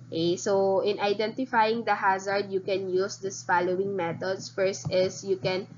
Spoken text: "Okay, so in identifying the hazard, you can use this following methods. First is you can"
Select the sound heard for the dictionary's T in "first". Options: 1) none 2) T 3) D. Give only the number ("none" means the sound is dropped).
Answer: 2